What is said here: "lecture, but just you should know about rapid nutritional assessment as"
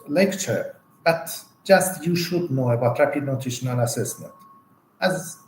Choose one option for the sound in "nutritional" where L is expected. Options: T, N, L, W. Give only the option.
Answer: N